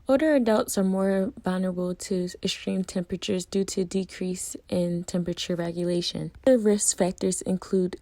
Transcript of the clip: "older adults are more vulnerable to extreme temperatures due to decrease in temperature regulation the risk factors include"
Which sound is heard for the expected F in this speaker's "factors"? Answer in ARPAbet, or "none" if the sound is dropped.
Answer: F